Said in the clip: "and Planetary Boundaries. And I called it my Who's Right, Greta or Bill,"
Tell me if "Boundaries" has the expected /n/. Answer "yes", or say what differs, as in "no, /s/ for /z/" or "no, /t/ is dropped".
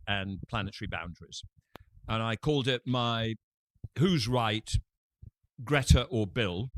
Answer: yes